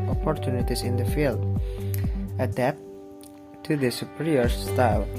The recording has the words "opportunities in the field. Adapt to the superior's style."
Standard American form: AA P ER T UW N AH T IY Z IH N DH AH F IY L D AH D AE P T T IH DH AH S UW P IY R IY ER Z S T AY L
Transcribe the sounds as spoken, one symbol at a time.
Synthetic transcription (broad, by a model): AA P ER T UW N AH T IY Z IH N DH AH F IY L D AH D AE P T T IH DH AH S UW P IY R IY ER S T AY L